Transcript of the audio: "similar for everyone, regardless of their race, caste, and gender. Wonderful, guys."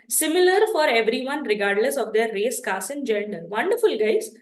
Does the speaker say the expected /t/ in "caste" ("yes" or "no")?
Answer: no